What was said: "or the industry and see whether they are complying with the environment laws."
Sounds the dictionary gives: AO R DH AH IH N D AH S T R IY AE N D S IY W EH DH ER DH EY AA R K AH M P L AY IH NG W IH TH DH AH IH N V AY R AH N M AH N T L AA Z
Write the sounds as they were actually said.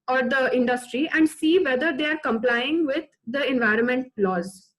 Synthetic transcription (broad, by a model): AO R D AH IH N D AH S T R IY AE N D S IY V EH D ER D EY AA R K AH M P L AY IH NG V IH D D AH IH N V AY R AH N M AH N T L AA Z